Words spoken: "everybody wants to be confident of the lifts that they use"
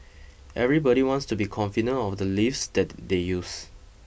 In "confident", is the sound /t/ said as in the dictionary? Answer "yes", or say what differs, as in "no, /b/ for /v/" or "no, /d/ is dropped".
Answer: no, /t/ is dropped